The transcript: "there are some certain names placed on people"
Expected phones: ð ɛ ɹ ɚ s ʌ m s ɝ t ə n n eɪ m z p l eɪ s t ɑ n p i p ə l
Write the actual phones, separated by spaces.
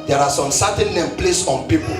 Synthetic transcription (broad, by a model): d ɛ ɹ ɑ s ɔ m s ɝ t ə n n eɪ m p l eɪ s ɑ n p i p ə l